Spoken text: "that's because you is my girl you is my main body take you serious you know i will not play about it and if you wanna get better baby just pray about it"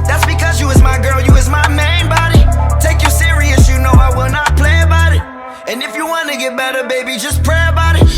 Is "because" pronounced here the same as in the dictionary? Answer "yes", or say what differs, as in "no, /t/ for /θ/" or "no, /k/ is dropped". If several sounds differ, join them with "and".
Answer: yes